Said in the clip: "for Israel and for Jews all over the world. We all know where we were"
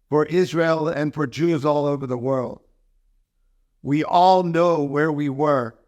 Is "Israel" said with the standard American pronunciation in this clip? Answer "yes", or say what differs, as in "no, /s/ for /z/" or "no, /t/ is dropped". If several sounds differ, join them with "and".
yes